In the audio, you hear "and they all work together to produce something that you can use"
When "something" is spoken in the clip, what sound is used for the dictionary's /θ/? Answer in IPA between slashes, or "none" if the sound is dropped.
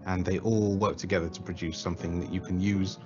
/θ/